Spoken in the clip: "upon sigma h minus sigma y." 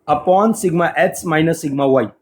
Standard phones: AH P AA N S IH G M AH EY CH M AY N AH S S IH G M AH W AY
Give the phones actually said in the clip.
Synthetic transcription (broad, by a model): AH P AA N S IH G M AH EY S M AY N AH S S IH G M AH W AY